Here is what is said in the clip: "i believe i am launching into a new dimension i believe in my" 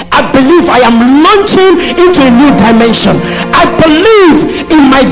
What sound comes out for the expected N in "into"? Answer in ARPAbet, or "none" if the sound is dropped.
N